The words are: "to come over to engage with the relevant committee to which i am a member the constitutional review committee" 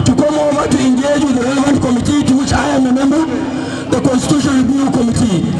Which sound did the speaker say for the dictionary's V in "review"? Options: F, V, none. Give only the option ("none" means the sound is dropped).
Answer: none